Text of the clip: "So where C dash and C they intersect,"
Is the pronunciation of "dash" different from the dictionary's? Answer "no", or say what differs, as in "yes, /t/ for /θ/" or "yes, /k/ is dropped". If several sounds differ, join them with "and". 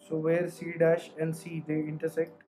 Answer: no